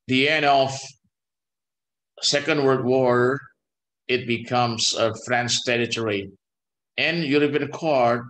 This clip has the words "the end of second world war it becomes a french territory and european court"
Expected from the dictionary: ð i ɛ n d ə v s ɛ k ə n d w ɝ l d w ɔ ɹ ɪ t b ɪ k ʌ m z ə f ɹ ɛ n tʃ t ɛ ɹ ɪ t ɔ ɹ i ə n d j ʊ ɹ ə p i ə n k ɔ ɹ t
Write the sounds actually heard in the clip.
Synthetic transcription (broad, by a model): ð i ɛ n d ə f s ɛ k ə n d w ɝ d w ɔ ɹ ɪ t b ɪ k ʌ m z ə f ɹ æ n s t ɛ ɹ ɪ t ɔ ɹ i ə n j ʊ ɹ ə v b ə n k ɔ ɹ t